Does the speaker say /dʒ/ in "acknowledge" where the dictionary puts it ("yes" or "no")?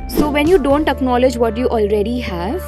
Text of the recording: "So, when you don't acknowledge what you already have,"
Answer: yes